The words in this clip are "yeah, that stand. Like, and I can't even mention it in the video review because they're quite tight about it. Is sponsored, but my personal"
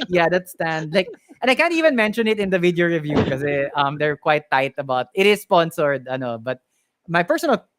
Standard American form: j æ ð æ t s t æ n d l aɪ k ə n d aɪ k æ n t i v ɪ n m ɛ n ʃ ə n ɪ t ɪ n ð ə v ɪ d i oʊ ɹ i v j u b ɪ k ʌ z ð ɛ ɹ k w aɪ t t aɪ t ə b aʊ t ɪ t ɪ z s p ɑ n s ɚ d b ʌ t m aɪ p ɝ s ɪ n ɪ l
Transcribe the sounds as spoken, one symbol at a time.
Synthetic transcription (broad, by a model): j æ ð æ t s t æ n d l aɪ k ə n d aɪ k æ n t i v ɪ n m ɛ n ʃ ə n ɪ t ɪ n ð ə v ɪ d i oʊ ɹ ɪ v j u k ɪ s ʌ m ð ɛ ɹ k w aɪ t t aɪ t ə b aʊ t ɪ t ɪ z s p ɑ n s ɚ d b ʌ t m aɪ p ɝ s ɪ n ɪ l